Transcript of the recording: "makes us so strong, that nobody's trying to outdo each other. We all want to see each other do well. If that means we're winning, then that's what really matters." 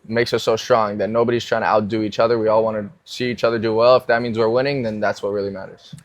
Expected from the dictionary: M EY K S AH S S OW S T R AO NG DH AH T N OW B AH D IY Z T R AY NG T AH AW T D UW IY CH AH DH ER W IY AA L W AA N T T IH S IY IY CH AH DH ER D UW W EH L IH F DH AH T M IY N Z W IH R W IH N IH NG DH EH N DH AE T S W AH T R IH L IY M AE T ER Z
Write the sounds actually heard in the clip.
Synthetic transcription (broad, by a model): M EY K S AH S S OW S T R AO NG DH AH T N OW B AH D IY Z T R AY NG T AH AW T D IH IY CH AH DH ER W IY AA L W AA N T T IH S IY IY CH AH DH ER D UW W EH L IH F DH AH T M IY N Z W IH R W IH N IH NG DH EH N DH AE T S W AH T R IH L IY M AE T ER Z